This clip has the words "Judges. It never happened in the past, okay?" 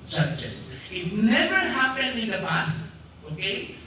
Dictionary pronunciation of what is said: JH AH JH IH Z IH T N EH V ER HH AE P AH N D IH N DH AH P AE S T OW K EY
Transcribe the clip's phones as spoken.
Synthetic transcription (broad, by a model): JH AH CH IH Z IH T N EH V ER HH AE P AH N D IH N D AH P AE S OW K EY